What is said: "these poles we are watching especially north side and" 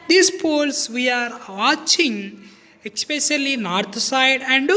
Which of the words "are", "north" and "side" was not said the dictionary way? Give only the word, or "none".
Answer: north